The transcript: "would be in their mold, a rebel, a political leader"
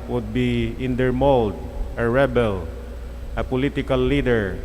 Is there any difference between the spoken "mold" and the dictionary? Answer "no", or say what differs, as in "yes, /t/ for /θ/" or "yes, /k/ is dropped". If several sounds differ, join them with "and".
no